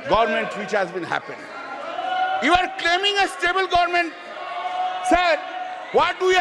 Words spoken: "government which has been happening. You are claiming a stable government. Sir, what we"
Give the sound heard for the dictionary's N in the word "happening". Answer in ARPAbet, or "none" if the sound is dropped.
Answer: none